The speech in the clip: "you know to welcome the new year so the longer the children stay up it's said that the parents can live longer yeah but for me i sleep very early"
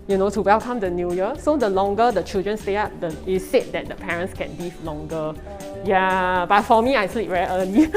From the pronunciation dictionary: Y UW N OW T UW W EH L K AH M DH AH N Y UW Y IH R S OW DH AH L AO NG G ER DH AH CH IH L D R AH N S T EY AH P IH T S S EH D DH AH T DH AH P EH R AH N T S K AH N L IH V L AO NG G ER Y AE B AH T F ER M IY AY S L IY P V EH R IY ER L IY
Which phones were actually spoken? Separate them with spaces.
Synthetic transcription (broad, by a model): Y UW N OW T UW W EH L K AH M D AH N Y UW Y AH S OW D AH L AO NG G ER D AH CH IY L D R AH N S T EY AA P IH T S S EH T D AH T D AH P EH R AH N T S K AH N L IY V L AO NG G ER Y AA B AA T F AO M IY AY S L IY P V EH IY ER L IY